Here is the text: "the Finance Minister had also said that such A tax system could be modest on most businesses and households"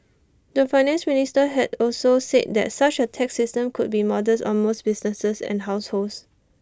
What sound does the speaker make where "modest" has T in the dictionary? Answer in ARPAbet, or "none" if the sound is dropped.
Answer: none